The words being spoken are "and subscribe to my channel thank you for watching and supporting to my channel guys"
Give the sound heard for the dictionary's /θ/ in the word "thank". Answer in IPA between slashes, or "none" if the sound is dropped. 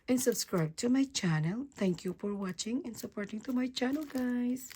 /t/